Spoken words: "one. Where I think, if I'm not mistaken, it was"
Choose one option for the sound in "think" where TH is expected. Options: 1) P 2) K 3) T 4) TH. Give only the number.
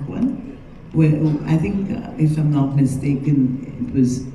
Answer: 4